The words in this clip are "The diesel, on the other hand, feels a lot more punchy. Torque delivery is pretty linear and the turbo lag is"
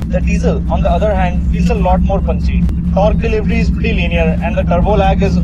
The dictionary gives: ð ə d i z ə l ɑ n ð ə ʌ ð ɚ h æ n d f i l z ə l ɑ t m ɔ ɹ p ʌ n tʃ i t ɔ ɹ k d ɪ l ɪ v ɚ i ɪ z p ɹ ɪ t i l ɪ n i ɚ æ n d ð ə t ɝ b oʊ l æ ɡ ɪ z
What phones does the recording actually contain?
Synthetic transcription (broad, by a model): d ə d i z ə l ɑ n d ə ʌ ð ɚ h æ n d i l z ə l ɑ t m ɔ ɹ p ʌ n s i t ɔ ɹ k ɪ l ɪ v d i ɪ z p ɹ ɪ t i l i n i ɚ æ n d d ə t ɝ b oʊ l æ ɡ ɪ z